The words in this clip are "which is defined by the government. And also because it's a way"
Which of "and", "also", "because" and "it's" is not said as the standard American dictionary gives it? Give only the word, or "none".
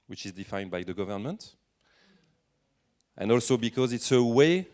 none